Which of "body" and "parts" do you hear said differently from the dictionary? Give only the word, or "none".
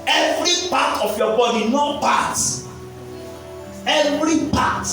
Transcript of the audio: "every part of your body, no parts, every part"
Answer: parts